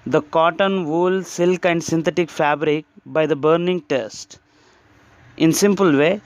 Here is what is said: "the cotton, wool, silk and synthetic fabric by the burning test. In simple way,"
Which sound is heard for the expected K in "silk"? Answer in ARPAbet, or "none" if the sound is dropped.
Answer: K